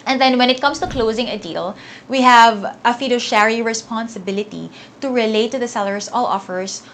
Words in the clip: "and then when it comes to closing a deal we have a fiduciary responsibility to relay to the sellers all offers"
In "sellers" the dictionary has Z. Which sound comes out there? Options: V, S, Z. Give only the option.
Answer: S